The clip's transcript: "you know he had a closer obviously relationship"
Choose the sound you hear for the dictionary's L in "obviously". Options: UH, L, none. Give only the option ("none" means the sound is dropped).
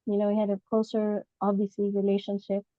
none